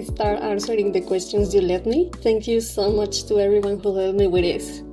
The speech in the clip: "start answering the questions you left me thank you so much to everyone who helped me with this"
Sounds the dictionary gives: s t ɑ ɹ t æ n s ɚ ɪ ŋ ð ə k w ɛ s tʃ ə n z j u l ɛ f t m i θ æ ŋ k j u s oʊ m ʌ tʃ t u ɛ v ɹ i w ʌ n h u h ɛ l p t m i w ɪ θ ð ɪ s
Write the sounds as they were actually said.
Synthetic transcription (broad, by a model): s t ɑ ɹ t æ n s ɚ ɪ ŋ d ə k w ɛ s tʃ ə n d j u l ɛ t m i t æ ŋ k j u s oʊ m ʌ tʃ t u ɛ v ɹ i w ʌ n h u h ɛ l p m i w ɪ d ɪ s